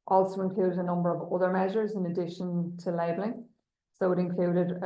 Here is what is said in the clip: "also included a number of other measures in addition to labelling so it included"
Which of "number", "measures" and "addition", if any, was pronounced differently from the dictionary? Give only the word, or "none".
none